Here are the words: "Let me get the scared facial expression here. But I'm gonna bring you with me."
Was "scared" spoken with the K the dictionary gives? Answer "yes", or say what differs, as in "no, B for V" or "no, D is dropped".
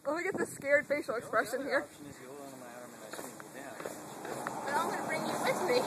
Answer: yes